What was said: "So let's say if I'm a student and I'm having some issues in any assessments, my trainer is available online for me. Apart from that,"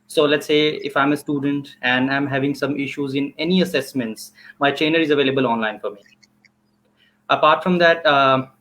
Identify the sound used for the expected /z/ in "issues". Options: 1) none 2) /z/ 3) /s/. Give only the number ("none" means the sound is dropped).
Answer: 2